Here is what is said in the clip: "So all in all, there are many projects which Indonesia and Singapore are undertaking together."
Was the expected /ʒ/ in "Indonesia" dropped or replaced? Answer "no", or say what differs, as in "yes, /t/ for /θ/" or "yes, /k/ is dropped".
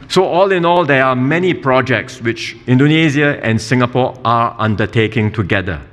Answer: yes, /z/ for /ʒ/